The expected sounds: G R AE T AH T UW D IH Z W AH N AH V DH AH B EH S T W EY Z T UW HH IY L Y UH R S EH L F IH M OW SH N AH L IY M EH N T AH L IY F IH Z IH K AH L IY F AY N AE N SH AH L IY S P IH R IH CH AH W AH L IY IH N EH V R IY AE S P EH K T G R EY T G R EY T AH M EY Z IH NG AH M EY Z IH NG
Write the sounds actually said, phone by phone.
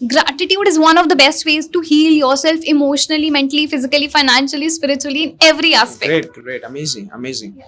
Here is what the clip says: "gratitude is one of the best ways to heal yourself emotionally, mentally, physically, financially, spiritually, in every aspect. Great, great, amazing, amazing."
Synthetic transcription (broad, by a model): G R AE T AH T UW D IH Z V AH N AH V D AH B EH S T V EY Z T UW HH IY L Y UH R S EH L F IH M OW SH N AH L IY M EH N T AH L IY F IH Z IH K AH L IY F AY N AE N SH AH L IY S P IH R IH CH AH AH L IY IH N EH V R IY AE S P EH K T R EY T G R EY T AH M EY Z IH NG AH M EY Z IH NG